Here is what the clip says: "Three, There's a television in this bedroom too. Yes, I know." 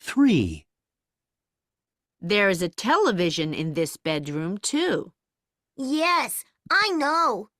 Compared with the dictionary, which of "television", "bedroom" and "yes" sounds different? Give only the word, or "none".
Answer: none